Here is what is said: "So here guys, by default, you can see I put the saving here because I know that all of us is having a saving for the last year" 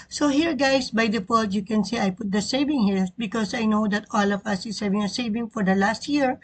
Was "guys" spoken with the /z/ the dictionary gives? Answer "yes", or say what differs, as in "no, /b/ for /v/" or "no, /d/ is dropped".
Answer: no, /s/ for /z/